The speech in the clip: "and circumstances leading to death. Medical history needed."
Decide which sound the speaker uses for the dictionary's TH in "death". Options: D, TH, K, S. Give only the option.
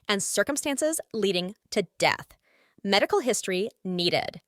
TH